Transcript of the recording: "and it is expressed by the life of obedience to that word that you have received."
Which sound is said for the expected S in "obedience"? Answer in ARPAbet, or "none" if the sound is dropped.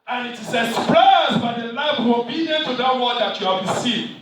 none